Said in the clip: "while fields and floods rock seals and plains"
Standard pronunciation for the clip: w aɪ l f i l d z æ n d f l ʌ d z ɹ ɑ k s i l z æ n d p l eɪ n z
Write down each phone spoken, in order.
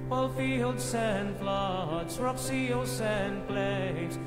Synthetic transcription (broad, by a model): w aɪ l f i l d s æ n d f l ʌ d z ɹ ɑ k s i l s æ n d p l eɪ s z